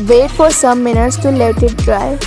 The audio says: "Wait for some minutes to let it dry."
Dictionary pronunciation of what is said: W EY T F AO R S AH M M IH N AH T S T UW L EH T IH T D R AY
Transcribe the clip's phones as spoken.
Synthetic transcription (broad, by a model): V EY T F AO R S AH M M IH N AH T S T UW L EH T IH T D R AY